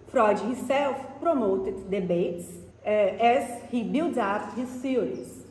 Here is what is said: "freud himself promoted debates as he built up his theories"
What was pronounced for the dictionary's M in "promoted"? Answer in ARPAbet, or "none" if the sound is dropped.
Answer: M